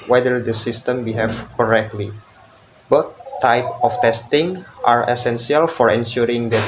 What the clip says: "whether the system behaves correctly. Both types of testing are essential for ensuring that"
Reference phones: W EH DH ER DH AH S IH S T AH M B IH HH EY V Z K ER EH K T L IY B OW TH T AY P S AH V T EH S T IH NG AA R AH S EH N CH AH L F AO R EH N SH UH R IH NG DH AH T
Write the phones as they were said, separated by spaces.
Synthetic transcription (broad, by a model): W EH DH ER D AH S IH S T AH M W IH HH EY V K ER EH K T L IY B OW T AY P AH F T EH S T IH NG AA R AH S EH N S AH L F AO R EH N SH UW R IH NG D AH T